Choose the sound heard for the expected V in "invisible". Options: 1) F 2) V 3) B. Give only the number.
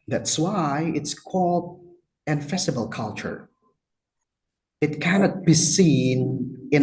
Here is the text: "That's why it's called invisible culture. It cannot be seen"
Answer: 1